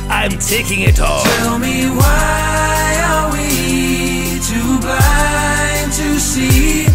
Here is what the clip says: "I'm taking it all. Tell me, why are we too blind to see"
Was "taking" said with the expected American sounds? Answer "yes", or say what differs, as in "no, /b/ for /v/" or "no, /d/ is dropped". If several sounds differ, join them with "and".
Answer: yes